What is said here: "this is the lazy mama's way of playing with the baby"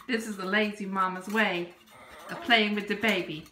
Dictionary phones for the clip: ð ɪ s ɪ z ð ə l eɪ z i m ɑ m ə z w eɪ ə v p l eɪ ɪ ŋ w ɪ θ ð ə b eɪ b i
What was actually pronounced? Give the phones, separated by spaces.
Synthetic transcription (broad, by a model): ð ɪ s ɪ z ð ə l eɪ z i m ɑ m ə z w eɪ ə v p l eɪ ɪ ŋ w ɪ ð ə b eɪ b i